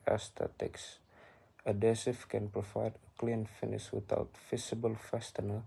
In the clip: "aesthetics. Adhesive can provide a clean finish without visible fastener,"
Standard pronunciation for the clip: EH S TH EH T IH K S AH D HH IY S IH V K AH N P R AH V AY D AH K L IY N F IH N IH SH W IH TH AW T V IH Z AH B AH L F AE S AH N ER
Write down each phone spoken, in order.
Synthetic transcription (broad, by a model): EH S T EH T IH K S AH D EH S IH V K AH N P R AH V AY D AH K L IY N F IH N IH S W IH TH AW T F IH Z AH B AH L F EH S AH N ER